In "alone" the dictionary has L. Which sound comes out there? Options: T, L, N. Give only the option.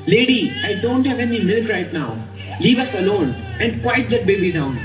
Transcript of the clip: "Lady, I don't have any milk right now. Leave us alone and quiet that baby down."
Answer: L